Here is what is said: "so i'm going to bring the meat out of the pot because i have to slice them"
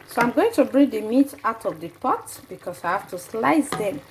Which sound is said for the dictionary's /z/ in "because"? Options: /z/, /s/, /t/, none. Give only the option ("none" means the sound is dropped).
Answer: /s/